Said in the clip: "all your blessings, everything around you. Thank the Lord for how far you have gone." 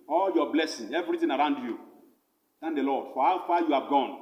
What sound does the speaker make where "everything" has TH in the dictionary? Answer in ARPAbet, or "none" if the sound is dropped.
T